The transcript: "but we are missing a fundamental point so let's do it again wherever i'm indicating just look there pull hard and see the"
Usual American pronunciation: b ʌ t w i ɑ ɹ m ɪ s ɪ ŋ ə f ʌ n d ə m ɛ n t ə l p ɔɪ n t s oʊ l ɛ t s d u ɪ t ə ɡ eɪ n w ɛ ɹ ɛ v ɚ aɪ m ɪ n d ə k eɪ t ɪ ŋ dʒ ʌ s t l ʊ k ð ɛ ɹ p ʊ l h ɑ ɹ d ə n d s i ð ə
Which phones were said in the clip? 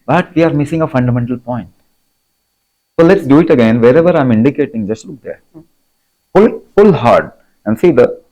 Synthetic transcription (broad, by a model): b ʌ t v i ɑ ɹ m ɪ s ɪ ŋ ə f ʌ n d ə m ɛ n t ə l p ɔɪ n t s oʊ l ɛ t s d u ɪ t ə ɡ eɪ n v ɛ ɹ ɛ v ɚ aɪ m ɪ n d ə k eɪ t ɪ ŋ dʒ ʌ s t l ʊ k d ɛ ɹ f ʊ l h ɑ ɹ d ə n d s i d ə